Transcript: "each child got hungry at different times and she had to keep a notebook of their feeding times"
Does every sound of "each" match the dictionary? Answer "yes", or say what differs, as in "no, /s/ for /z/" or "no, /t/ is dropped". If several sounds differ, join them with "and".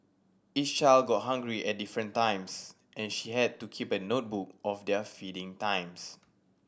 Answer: no, /s/ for /tʃ/